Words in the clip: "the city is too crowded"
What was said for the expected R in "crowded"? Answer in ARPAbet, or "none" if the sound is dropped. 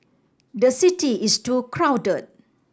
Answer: R